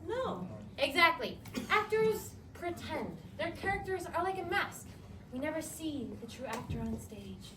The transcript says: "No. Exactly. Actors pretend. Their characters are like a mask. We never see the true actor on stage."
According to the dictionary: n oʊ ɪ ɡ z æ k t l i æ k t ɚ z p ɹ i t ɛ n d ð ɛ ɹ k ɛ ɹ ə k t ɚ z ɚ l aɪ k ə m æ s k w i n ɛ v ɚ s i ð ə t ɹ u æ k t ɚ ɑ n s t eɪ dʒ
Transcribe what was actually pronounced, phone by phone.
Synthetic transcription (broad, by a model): n oʊ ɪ ɡ z æ k t l i æ k t ɚ z p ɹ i t ɛ n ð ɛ ɹ k ɛ ɹ ə k t ɚ z ɚ l aɪ k ə m æ s k w i n ɛ v ɚ s i ð ə t ɹ u æ k t ɚ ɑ n s t eɪ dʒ